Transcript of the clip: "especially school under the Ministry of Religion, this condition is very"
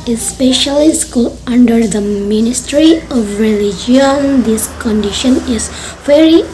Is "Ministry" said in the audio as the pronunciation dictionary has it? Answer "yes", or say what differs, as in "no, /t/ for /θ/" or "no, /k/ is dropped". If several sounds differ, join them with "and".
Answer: yes